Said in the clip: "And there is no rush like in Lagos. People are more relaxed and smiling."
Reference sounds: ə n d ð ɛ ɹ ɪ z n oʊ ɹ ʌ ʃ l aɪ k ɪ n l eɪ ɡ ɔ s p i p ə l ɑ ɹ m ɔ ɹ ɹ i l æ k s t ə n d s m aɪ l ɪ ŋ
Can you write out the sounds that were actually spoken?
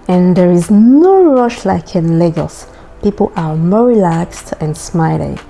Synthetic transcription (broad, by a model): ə n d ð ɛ ɹ ɪ z n oʊ ɹ ʌ ʃ l aɪ k ɪ n l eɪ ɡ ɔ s p i p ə l ɑ ɹ m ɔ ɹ ɹ i l æ k s t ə n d s m aɪ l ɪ